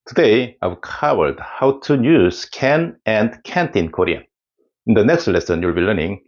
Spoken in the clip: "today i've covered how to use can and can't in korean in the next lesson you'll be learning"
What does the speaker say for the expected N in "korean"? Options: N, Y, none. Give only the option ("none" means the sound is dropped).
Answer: none